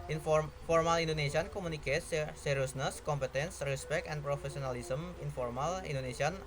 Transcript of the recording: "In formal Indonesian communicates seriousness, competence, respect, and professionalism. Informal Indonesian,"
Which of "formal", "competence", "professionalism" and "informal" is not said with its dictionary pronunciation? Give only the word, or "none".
professionalism